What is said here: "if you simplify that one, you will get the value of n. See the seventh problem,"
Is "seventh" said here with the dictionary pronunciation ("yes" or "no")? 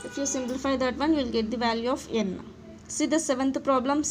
no